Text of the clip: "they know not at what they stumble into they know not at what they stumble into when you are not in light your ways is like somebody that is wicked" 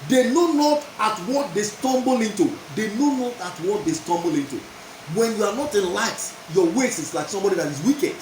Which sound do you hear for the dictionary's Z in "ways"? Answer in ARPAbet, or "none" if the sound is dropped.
S